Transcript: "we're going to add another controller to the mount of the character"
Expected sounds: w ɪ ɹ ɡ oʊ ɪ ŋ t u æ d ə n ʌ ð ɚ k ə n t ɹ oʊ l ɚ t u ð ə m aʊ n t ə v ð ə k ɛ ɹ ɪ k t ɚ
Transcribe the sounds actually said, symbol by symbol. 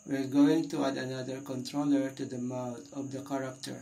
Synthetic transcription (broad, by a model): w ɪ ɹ ɡ oʊ ɪ ŋ t u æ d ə n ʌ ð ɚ k ə n t ɹ oʊ l ɚ t u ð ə m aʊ t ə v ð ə k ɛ ɹ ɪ k t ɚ